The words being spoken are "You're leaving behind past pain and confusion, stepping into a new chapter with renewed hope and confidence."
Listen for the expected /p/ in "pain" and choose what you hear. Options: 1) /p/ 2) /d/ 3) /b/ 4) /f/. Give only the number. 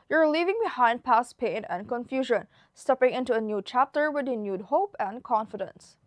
1